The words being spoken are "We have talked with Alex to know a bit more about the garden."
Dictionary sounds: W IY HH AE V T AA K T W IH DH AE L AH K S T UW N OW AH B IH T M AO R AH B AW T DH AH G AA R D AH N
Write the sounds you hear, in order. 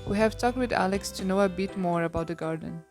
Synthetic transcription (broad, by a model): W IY HH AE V T AA K T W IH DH AE L AH K S T UW N OW AH B IH T M AO R AH B AW T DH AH G AA R D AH N